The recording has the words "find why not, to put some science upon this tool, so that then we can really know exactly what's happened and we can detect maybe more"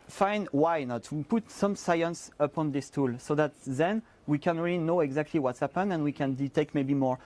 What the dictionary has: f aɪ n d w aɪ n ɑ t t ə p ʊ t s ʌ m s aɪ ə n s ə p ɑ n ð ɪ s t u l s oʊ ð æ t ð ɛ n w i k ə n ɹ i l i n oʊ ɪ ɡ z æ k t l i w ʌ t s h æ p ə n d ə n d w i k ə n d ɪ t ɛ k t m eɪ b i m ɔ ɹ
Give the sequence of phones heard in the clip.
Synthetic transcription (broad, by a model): f aɪ n w aɪ n ɑ t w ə p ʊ t s ʌ m s aɪ ə n s ə p ɑ n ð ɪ s t u l s oʊ ð æ t ð ɛ n w i k ə n ɹ i l i n oʊ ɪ ɡ z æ k t l i w ʌ t s h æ p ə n ə n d w i k ə n d ɪ t ɛ k t m eɪ b i m ɔ ɹ